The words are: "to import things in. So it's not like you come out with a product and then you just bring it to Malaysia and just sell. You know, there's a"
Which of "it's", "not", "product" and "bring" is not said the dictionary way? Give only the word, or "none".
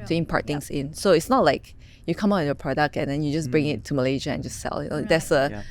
none